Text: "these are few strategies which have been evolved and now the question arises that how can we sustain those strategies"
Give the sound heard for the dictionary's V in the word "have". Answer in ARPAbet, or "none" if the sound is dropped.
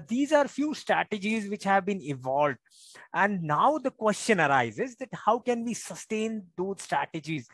V